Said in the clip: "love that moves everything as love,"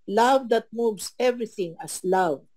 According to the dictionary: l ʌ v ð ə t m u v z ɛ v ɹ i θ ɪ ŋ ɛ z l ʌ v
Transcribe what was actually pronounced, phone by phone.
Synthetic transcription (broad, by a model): l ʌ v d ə t m u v s ɛ v ɹ i θ ɪ ŋ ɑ s l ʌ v